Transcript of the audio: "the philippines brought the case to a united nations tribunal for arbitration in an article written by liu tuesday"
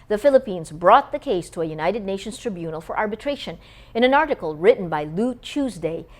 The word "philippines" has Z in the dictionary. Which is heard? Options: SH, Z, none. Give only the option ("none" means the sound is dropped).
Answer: Z